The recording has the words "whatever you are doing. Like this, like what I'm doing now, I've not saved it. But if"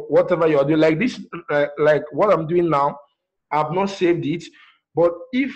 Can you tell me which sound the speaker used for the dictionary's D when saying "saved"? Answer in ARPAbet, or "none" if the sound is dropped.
D